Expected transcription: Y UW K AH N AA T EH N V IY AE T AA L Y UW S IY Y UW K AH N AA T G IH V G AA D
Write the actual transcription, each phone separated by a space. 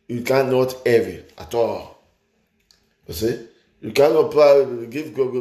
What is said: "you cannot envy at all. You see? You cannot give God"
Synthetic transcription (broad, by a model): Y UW K AH N AA T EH V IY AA T AA L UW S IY Y UW K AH N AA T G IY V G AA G